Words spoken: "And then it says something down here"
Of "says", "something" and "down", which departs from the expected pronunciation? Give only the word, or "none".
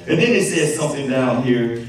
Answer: none